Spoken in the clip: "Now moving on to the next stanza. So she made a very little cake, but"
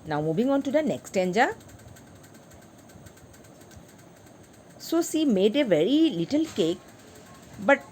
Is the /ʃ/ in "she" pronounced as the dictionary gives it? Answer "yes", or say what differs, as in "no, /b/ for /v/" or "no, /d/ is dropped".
no, /s/ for /ʃ/